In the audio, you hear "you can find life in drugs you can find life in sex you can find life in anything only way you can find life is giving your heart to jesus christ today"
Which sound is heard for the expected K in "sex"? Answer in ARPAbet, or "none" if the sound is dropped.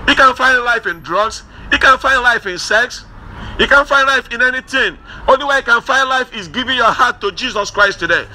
K